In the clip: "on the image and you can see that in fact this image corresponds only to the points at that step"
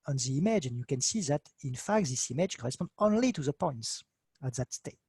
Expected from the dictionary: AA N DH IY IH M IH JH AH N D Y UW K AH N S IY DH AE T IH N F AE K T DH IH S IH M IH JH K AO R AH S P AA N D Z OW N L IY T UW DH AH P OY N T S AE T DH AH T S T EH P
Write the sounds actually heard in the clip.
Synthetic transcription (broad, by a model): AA N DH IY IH M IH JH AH N Y UW K AH N S IY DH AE T IH N F AE K T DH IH S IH M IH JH K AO R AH S P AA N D OW N L IY T UW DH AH P OY N T S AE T DH AH T S T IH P